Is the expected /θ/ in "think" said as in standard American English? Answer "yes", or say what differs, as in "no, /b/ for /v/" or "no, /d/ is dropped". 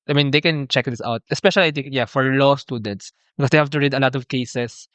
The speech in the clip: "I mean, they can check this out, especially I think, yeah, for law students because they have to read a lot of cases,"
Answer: no, /t/ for /θ/